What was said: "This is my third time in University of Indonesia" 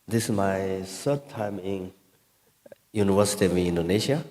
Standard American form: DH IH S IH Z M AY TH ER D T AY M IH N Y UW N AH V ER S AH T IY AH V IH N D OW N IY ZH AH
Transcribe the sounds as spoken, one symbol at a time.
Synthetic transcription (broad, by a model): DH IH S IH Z M AY S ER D T AY M IH N Y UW N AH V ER S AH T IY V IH N D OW N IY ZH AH